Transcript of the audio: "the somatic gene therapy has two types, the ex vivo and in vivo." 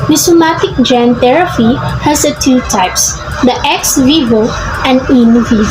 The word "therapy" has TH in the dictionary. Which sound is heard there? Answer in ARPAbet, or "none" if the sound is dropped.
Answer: T